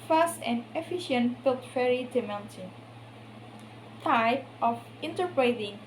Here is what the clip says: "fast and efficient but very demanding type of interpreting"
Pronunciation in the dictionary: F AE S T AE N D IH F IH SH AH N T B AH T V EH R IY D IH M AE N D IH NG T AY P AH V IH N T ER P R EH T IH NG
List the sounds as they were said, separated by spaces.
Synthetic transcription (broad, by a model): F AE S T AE N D IH F IH SH AH N T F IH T F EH R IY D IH M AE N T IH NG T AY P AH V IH N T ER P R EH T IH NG